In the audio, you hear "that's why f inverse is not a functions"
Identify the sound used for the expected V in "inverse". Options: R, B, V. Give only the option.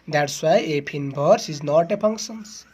B